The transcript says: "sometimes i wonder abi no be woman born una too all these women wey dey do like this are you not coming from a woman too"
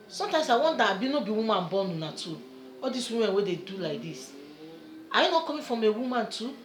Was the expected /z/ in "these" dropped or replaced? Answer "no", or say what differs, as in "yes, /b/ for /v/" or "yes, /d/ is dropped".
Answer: yes, /s/ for /z/